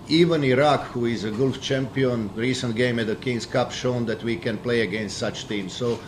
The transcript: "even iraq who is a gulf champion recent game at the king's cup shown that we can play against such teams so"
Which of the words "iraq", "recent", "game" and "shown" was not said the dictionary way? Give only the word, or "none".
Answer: none